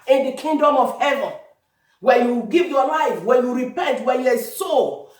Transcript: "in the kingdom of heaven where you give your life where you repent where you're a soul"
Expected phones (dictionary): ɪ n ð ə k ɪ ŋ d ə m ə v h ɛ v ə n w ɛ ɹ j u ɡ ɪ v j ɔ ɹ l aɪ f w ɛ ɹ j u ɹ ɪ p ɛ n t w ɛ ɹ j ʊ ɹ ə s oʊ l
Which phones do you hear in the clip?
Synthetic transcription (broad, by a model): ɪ n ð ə k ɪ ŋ d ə m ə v h ɛ v ə n w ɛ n j u ɡ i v j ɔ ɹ l aɪ f w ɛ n j u ɹ ɪ p ɛ n t w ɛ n j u ə s oʊ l